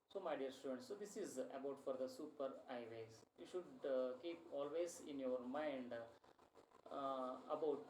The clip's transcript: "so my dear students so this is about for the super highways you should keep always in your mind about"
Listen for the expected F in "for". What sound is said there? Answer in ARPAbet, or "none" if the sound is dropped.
F